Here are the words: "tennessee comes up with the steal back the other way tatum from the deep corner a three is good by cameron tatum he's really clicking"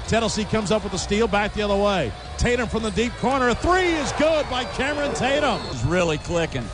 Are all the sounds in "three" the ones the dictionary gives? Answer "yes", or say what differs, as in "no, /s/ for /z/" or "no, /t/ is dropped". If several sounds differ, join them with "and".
yes